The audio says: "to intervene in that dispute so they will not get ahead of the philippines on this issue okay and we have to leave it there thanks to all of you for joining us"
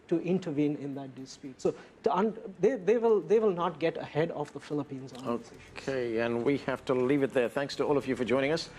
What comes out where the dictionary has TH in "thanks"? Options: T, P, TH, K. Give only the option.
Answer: TH